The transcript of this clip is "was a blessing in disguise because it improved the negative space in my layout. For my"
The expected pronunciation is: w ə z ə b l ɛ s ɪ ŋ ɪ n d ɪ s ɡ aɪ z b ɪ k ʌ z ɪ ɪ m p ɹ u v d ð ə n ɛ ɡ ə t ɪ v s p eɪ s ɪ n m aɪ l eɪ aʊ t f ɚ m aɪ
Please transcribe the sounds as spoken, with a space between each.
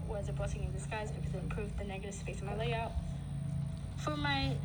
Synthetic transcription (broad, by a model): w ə z ə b ɔ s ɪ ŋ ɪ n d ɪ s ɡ aɪ z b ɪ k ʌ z ɪ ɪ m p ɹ u v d ð ə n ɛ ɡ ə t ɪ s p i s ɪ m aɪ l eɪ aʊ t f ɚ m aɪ